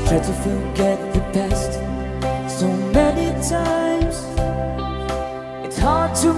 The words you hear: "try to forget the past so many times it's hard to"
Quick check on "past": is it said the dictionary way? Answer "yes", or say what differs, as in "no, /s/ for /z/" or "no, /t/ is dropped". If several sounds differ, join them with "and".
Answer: no, /b/ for /p/